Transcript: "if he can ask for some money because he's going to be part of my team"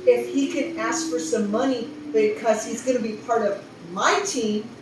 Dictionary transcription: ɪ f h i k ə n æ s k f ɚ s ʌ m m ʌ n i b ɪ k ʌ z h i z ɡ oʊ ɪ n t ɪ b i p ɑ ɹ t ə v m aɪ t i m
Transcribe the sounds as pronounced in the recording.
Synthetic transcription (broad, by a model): ɪ f h i k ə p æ s f ɚ s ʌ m m ʌ n i b ɪ k ʌ z h i z ɡ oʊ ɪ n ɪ b i p ɑ ɹ t ə v m aɪ t i m